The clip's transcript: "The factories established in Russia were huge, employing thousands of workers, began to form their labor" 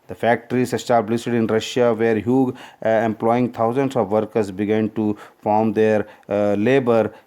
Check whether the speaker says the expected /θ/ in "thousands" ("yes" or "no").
no